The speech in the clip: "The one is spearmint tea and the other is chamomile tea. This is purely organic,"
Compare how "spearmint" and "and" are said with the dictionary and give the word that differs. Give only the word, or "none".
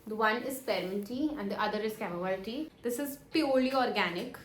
spearmint